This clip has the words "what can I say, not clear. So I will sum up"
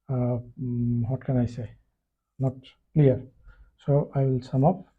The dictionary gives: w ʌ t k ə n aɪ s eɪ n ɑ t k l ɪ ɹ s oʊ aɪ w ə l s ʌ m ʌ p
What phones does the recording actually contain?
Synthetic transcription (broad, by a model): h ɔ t k ə n aɪ s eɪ n ɑ t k l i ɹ s oʊ aɪ w ə l s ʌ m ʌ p